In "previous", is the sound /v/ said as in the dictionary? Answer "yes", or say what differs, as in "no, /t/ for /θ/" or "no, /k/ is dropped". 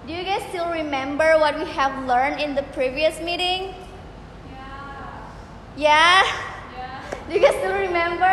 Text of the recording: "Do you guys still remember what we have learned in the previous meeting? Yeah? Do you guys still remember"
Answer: yes